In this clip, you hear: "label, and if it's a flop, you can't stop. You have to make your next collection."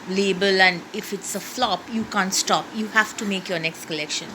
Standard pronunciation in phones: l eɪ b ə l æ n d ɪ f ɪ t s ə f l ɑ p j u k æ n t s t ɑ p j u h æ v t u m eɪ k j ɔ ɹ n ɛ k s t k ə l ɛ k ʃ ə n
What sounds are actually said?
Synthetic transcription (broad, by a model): l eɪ b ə l æ n d ɪ f ɪ t s ə f l ɑ p j u k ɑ n t s t ɑ p j u h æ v t u m eɪ k j ɔ ɹ n ɛ k s t k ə l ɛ k ʃ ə n